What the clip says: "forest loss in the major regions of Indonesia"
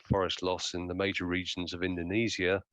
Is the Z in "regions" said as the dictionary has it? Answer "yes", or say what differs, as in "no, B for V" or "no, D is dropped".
yes